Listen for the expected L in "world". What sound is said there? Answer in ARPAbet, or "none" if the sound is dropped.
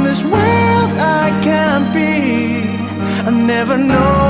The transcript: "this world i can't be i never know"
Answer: none